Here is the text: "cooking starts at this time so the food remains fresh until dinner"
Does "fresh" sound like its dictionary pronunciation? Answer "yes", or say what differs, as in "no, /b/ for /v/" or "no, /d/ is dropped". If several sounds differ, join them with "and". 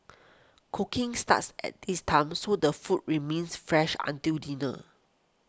yes